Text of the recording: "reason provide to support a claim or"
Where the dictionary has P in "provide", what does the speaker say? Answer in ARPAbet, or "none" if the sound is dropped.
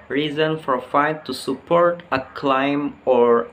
F